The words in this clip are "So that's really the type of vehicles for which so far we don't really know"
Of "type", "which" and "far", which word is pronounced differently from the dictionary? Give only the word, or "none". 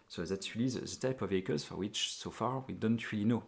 none